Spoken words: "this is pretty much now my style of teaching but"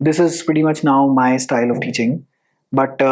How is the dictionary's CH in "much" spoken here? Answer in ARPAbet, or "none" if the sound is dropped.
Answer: CH